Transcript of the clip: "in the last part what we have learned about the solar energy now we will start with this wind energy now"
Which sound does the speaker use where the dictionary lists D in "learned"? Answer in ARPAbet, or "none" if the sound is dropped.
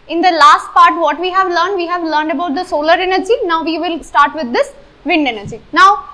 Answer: D